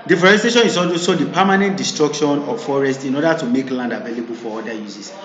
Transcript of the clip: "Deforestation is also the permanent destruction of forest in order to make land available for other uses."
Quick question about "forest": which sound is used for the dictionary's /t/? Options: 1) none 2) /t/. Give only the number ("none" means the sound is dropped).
2